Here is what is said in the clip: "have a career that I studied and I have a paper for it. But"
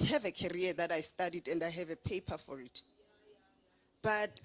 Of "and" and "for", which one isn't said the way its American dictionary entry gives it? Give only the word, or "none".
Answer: none